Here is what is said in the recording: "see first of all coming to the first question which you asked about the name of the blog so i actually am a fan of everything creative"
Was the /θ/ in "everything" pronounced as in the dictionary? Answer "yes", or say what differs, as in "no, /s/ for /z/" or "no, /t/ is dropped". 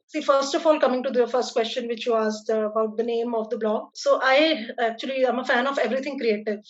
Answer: no, /t/ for /θ/